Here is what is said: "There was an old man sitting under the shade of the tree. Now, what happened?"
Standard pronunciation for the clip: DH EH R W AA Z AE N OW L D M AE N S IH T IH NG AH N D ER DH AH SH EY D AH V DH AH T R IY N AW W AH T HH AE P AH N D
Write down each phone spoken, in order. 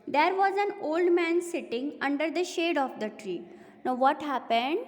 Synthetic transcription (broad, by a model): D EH R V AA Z AE N OW L D M AE N S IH T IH NG AH N D ER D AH SH EY D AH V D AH T R IY N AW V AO T HH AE P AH N D